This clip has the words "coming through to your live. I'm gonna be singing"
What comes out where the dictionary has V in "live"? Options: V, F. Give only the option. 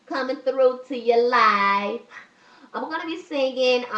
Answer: F